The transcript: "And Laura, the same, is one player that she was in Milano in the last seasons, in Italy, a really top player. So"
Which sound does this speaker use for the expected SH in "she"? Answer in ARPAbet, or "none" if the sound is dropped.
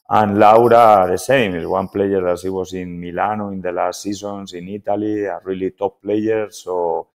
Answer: S